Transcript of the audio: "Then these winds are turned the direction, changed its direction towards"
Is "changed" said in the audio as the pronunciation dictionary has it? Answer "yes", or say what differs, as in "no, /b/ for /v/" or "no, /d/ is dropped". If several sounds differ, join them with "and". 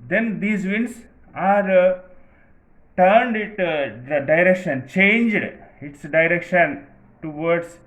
yes